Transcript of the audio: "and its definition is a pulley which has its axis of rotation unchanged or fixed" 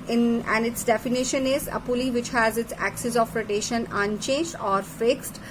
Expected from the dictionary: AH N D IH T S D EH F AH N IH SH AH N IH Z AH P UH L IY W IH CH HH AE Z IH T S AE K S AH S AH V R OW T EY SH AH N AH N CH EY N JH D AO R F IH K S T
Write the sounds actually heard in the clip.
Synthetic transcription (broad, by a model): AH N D IH T S D EH F AH N IH SH AH N IH Z AH P UH L IY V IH CH HH AE Z IH T S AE K S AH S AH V R OW T EY SH AH N AH N CH EY N JH D AO R F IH K S T